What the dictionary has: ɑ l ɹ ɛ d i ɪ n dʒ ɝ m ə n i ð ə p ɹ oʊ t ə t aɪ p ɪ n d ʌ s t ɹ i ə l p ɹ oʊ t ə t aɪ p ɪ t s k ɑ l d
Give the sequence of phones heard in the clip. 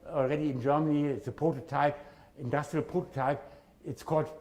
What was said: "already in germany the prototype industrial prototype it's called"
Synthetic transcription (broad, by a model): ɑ l ɹ ɛ d i ɪ n dʒ ɝ m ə n i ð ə p ɹ oʊ t ə t aɪ p ɪ n d ʌ s t ɹ i ə l p ɹ oʊ t ə t aɪ p ɪ t s k ɑ l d